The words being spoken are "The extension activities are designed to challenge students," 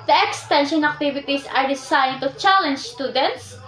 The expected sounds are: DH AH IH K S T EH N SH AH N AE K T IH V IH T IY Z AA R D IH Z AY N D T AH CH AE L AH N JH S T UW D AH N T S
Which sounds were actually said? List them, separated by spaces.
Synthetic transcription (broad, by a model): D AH IH K S T EH N SH AH N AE K T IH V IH T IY S AA R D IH S AY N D T AH CH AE L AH N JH S T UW D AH N T S